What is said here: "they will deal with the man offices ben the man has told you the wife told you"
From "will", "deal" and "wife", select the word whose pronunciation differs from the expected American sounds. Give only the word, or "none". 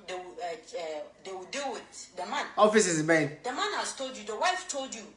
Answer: will